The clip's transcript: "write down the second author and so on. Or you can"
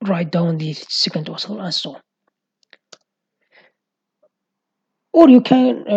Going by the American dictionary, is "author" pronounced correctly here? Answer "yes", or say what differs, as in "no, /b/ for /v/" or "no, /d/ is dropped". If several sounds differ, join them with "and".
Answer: no, /s/ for /θ/